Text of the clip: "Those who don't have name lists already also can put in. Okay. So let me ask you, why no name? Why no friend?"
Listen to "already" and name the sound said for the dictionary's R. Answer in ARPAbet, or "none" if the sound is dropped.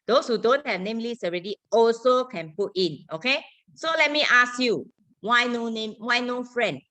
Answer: R